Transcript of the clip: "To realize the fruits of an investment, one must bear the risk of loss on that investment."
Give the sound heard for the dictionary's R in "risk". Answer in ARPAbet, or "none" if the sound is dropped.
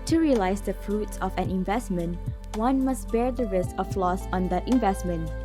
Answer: R